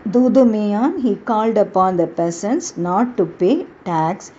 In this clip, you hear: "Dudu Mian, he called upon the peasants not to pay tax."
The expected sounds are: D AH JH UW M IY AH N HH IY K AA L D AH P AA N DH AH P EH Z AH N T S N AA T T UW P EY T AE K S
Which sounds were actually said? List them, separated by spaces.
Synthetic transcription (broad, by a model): D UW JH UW M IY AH N HH IY K AA L D AH P AA N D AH P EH S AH N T S N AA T T UW P EY T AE K S